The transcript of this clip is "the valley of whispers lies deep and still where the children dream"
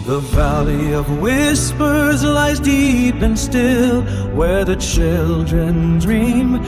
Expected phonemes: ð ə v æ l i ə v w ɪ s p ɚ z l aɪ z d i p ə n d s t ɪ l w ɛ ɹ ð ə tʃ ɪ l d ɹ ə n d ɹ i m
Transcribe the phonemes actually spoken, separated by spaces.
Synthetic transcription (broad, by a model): ð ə v æ l i ə v w ɪ s p ɚ z l aɪ z d i p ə n s t ɪ l w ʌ ɹ ð ə tʃ ɪ l d ɹ ə n d ɹ i m